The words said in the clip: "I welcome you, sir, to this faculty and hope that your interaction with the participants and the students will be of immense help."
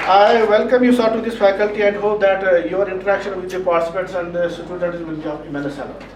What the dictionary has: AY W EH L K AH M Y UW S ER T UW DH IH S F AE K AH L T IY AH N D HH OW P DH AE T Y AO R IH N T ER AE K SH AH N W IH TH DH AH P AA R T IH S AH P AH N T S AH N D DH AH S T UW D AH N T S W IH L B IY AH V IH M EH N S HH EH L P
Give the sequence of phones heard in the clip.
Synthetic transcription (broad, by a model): AY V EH L K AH M Y UW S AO T UW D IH S F AE K AH L T IY AH N D HH OW P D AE T Y AO R IH N T ER AE K SH AH N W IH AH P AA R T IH S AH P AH T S AH N D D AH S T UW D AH T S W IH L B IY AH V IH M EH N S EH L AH